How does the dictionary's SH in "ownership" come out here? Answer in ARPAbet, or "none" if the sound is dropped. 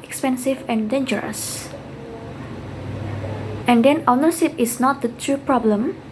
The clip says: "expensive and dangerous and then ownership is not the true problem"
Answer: S